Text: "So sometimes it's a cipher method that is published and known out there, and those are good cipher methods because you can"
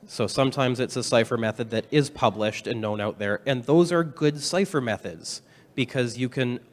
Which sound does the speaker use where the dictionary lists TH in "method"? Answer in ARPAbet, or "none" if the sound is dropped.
TH